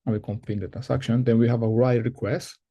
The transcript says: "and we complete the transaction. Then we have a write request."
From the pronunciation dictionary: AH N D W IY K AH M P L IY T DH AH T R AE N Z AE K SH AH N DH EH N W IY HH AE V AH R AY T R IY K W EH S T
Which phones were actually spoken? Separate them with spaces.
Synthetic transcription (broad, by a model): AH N W IY K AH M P IY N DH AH T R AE N S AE K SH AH N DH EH N W IY HH AE V AH R AY T R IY K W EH S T